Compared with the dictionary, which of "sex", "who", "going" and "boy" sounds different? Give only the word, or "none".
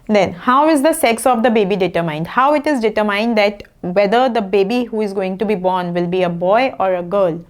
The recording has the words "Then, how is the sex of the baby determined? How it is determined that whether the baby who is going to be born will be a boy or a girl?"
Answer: none